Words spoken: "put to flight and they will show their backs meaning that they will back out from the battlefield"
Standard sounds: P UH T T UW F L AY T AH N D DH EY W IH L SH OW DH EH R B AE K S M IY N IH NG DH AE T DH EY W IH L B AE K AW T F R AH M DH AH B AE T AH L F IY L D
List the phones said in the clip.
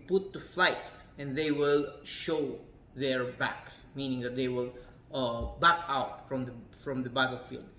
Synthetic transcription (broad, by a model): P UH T T UW F L AY T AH N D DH EY W IH L SH OW DH EH R B AE K S M IY N IH NG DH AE T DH EY W IH L B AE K AW T F R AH M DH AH B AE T L F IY L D